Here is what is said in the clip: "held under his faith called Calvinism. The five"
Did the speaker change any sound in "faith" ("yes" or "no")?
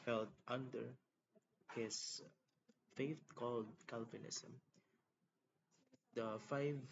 yes